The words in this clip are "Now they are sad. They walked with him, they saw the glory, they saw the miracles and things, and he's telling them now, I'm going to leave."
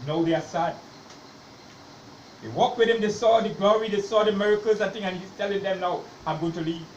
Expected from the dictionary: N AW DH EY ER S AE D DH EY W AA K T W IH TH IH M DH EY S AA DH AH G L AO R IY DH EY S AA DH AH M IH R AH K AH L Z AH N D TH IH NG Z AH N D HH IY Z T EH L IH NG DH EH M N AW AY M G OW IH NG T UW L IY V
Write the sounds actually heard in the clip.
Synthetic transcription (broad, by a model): N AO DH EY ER S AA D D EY W AA K T W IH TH IH M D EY S AA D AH G L AO R IY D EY S AA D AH M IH R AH K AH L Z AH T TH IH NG AH N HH IY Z T EH L IH NG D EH M N AW AY M G OW IH NG T UW L IY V